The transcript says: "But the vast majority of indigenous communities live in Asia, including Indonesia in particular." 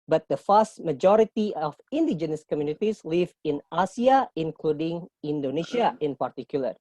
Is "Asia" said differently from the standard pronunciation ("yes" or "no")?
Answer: yes